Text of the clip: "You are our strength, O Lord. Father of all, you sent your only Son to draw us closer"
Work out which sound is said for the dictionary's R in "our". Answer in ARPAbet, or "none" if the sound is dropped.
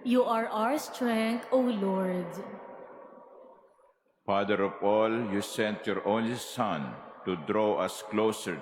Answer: R